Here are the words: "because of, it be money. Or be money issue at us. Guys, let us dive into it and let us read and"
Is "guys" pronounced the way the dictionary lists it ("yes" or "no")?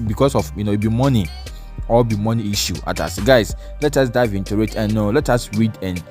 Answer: no